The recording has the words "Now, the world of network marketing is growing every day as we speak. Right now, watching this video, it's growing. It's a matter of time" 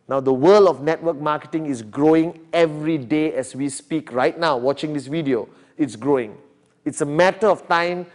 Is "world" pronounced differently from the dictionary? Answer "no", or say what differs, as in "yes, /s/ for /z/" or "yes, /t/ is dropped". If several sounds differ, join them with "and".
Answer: yes, /d/ is dropped